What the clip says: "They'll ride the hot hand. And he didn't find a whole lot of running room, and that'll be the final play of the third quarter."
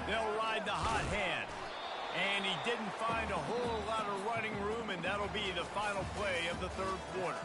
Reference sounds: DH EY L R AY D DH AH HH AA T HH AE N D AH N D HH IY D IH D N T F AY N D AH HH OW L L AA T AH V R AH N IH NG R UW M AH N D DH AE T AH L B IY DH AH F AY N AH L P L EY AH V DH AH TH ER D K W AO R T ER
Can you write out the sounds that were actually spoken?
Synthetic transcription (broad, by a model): DH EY L R AY D DH AH HH AA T HH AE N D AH N IY D IH D N T F AY N D AH HH OW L L AA T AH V R AH N IH NG R UW M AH N DH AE T L B IY DH AH F AY N L P L EY AH V DH AH TH ER D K W AO R T ER